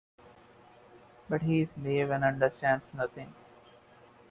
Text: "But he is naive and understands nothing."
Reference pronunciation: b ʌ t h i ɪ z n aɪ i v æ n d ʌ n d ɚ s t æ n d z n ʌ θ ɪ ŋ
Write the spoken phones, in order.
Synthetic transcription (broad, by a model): b ʌ t h i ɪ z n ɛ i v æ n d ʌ n d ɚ s t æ n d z n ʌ t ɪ ŋ